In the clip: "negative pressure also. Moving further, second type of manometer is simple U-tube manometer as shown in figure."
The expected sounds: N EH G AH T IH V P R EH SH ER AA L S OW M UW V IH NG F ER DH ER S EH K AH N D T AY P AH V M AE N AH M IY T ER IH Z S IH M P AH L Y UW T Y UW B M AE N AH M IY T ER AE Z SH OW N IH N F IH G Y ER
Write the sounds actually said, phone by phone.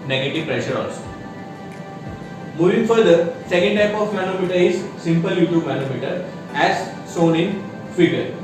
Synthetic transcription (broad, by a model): N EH G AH T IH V P R EH SH ER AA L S M UW V IH NG F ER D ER S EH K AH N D T AY P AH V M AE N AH M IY T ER IH Z S IH M P AH L Y UW T Y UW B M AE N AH M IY T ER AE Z S OW N IH N F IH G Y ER